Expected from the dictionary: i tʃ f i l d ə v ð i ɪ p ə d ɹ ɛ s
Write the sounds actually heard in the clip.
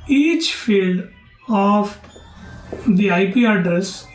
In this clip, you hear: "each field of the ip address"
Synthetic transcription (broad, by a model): i tʃ f i l d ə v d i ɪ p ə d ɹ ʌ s